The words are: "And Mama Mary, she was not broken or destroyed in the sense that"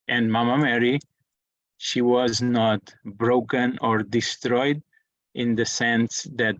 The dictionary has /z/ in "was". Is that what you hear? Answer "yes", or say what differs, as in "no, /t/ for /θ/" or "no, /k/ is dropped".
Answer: yes